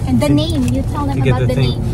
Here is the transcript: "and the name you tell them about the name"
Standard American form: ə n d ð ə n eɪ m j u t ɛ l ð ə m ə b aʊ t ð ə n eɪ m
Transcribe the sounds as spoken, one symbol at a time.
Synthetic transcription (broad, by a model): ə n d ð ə n eɪ m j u t ɛ l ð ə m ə aʊ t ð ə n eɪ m